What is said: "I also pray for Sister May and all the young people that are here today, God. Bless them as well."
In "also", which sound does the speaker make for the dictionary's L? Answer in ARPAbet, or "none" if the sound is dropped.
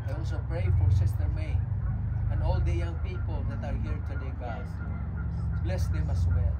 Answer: W